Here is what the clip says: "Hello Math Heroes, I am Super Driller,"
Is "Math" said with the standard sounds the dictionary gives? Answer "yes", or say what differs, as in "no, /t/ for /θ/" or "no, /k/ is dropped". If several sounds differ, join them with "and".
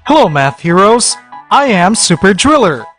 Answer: yes